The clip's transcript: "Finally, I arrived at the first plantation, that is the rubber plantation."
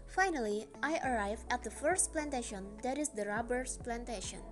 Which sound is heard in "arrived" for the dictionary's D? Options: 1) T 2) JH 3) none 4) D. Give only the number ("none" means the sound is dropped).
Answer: 3